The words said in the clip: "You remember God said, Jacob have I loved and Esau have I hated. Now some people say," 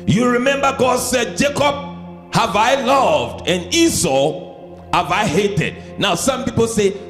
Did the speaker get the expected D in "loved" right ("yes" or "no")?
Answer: yes